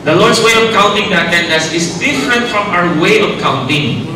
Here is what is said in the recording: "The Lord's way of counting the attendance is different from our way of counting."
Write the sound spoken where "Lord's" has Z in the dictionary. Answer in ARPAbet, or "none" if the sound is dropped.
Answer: S